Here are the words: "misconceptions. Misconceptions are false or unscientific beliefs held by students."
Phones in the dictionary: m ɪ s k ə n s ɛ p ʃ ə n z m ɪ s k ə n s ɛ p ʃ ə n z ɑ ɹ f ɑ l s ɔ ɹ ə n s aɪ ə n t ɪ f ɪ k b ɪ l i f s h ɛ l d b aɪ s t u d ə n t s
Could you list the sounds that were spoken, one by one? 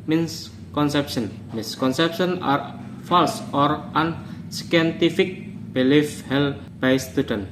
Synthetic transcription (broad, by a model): m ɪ s k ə n s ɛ p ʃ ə n m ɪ s k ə n s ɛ p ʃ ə n ɑ ɹ f ɑ l s ɔ ɹ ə n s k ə n t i f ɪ k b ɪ l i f h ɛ l b aɪ s t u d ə n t